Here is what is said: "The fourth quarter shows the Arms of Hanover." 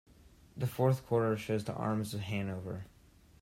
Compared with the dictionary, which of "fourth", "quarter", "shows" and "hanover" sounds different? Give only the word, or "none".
none